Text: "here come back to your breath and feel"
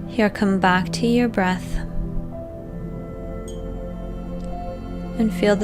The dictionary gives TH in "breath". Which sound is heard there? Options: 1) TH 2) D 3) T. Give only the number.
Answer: 1